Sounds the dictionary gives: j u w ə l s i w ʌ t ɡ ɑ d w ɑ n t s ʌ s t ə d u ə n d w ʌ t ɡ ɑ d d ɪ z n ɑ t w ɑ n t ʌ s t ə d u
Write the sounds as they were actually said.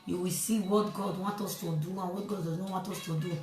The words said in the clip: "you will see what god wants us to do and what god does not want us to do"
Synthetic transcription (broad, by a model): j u w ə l s i w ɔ t ɡ ɑ d w ɑ n t ɔ s t ə d u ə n w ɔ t ɡ ɑ d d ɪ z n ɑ w ɑ n t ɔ s t ə d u